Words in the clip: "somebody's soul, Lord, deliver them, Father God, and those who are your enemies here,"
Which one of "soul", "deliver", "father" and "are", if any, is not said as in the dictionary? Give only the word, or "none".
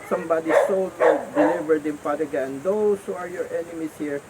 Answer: father